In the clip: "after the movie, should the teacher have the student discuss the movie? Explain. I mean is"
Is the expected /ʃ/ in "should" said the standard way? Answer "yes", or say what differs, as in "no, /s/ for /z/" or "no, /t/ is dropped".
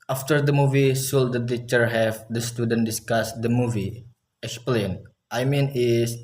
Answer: no, /s/ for /ʃ/